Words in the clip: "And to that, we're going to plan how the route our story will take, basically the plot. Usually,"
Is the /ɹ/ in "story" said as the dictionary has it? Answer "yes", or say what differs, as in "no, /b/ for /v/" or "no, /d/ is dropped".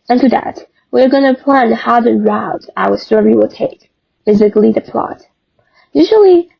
no, /w/ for /ɹ/